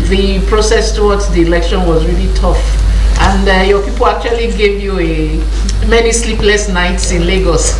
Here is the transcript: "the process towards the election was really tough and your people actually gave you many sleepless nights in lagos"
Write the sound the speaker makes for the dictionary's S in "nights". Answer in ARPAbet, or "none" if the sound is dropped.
S